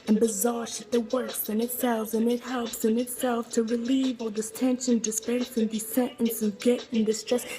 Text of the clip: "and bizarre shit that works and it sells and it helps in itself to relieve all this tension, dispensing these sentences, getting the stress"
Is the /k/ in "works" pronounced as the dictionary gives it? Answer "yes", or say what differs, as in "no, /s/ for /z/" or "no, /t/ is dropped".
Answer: no, /k/ is dropped